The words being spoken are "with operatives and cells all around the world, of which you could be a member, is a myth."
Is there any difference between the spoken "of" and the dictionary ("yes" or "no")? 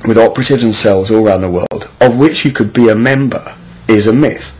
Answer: no